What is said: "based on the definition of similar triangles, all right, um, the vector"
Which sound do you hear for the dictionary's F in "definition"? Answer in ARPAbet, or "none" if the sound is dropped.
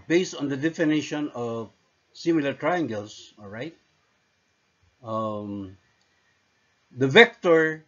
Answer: F